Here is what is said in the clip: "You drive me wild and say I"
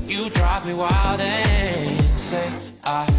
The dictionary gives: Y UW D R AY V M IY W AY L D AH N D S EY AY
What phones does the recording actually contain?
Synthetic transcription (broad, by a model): Y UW D R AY P M IY W AY L D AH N S EY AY